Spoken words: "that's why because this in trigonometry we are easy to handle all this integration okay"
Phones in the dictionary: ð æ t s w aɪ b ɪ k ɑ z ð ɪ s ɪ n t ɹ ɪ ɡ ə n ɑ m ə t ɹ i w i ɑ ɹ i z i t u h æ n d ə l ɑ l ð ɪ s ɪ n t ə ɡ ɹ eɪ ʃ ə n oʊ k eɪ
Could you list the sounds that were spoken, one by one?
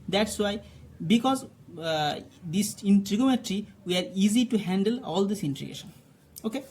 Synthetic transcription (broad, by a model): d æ t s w aɪ b ɪ k ɑ z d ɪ s ɪ n t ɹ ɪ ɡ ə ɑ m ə t ɹ i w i ɑ ɹ i z i t u h æ n d ə l ɑ l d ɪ s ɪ n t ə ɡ eɪ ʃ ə n oʊ k eɪ